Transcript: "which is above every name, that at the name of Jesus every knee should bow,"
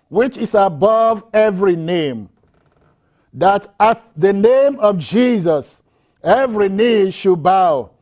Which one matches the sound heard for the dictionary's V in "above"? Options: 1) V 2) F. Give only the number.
1